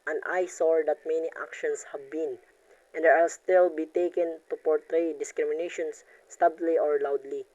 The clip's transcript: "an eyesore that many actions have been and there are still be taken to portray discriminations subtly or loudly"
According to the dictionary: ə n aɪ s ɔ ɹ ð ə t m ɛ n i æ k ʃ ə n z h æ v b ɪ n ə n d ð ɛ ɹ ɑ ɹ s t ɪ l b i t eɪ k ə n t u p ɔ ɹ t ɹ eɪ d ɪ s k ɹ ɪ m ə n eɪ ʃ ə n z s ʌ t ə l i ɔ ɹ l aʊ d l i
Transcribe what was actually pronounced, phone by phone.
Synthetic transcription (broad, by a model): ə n aɪ s ɔ ɹ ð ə t m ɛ n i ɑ k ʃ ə n s h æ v b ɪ n ə n d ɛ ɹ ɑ l s t ɪ l b i t eɪ k ə n t u p ɔ ɹ t ɹ eɪ d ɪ s k ɹ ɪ m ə n eɪ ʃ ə n s t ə l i ɔ ɹ l aʊ d l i